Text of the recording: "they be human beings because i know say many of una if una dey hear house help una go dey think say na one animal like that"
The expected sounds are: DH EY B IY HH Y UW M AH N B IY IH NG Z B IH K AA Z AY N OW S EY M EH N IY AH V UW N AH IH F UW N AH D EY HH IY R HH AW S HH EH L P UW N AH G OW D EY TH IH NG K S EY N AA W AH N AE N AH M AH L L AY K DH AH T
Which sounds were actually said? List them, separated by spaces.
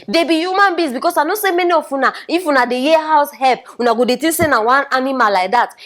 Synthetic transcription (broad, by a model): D EY B IY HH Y UW M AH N B IY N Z B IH K AA S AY N OW S EY M EH N IY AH F UW N AH IH F UW N AH D EY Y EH HH AW S HH EH L P UW N AH G OW D EY T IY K S EY N AA W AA N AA N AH M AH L L AY K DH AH T